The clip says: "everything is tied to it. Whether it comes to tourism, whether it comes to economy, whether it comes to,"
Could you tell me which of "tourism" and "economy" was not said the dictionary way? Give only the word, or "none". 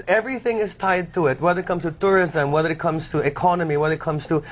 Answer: none